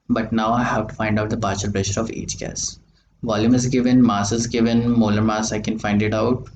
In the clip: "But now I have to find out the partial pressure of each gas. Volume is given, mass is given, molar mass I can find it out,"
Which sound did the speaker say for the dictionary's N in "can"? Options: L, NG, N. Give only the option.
N